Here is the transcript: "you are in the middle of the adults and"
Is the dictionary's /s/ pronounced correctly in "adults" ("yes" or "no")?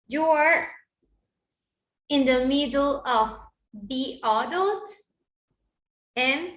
no